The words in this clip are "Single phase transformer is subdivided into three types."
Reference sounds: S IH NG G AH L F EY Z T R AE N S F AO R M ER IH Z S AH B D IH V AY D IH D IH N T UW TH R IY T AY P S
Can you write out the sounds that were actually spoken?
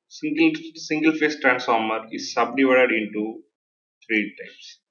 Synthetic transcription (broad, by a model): S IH NG G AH L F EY S T R AE N S F AO R M ER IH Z S AH B D IH V AY D IH D IH N T UW T R IY T AY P S